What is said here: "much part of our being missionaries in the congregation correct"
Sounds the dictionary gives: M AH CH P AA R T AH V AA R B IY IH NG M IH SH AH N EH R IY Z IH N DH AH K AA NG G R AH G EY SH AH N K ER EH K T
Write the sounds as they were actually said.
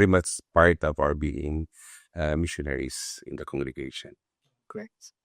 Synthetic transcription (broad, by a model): M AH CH P AA R T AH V AA R B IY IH NG M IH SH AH N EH R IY S IH N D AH K AA NG G R AH G EY SH AH N K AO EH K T